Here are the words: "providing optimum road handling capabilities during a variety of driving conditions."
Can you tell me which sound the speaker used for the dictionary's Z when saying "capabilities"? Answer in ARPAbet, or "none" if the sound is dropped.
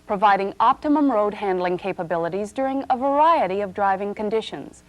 Z